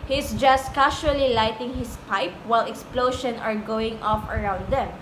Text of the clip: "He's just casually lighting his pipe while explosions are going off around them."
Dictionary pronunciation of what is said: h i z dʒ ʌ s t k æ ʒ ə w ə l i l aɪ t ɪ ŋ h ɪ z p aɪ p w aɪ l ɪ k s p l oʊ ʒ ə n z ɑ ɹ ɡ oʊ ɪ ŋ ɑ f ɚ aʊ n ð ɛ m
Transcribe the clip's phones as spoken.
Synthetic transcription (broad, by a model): h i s dʒ ʌ s t k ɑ ʃ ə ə l i l aɪ t ɪ ŋ h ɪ s p aɪ p w aɪ l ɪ k s p l oʊ ʃ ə n ɑ ɹ ɡ oʊ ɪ ŋ ɑ f ɚ aʊ n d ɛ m